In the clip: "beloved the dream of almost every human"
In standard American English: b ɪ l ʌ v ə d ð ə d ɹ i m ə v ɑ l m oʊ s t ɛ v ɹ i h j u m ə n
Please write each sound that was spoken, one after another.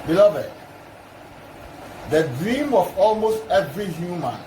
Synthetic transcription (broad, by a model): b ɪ l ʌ v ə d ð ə d ɹ i m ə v ɑ l m oʊ s t ɛ v ɹ i h j u m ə n